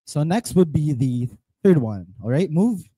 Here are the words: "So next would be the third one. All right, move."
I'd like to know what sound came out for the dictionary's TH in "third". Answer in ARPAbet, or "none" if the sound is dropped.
TH